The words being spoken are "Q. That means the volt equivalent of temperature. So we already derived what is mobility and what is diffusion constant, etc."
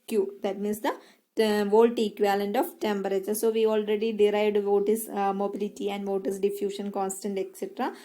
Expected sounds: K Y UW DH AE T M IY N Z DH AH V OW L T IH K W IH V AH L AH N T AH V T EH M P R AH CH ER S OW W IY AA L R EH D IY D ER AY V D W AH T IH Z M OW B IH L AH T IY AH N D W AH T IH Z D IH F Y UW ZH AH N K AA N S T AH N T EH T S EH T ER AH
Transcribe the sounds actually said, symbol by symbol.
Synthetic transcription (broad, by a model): K Y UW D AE T M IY N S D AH V OW L T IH K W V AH L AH N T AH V T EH M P R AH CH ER S OW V IY AA L R EH D IY D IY AY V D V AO T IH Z M OW B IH L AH T IY AH N D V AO T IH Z D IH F Y UW SH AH N K AA N S T AH N T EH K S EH T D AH